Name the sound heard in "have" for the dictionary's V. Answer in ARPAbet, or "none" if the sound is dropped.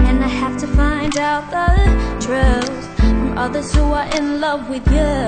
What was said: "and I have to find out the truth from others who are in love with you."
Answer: F